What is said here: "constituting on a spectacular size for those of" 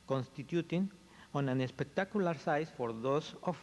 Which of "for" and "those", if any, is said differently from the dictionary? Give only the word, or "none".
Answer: those